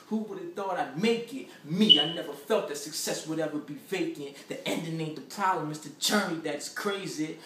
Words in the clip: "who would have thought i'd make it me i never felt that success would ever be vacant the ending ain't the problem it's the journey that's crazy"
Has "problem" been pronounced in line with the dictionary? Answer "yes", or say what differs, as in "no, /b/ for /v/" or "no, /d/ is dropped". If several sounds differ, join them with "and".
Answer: no, /b/ is dropped